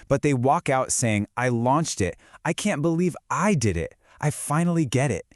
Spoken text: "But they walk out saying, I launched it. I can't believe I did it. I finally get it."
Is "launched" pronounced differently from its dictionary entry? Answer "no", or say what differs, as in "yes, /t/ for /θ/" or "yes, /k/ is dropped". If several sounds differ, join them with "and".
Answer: no